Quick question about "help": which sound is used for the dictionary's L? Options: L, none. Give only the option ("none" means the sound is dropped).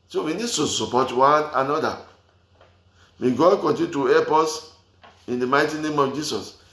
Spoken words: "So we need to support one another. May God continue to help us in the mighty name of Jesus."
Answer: none